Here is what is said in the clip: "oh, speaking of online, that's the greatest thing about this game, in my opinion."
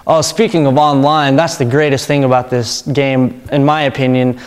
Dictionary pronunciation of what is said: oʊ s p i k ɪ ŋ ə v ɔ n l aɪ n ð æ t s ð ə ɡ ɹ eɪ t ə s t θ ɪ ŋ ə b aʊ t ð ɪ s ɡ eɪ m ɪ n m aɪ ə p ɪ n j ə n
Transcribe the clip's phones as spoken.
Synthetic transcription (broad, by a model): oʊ s p i k ɪ ŋ ə v ɔ n l aɪ n ð æ t s ð ə ɡ ɹ eɪ t ə s t θ ɪ ŋ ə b aʊ t ð ɪ s ɡ eɪ m ɪ n m aɪ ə p ɪ n j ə n